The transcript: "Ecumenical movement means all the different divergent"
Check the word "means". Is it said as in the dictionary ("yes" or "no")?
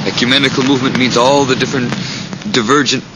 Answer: yes